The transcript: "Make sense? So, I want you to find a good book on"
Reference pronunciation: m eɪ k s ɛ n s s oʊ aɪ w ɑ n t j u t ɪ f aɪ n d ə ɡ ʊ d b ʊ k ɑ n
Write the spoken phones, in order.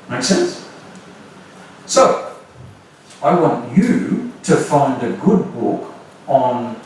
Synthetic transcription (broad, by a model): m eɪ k s ɛ n s s oʊ aɪ w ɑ n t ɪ t ɪ f aɪ n d ə ɡ ʊ d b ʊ k n